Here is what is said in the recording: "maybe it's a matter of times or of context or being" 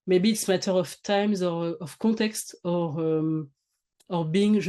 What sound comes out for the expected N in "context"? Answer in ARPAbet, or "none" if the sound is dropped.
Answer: none